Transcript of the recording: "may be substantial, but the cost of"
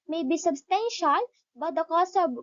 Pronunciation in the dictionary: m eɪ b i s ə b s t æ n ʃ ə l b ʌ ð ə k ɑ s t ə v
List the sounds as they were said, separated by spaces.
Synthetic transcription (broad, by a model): m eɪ b i s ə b s t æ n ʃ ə l b ʌ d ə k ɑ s ə